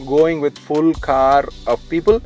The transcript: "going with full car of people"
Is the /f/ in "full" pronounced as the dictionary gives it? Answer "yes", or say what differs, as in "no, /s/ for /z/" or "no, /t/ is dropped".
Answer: yes